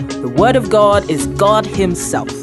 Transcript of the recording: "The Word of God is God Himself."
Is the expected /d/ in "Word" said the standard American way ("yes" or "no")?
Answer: yes